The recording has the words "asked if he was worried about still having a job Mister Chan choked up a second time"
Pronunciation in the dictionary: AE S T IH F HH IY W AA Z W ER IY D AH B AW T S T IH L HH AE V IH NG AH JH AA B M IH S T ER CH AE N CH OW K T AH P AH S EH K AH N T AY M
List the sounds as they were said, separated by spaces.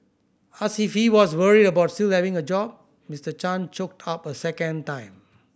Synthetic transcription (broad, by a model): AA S IH F HH IY W AA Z W ER IY D AH B AW T S T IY L HH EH V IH NG AH JH AA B M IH S T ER CH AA N CH OW K T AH P AH S EH K AH N T AY M